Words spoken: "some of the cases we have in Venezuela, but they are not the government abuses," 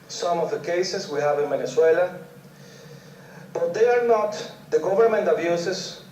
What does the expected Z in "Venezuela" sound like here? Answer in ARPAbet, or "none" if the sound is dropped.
S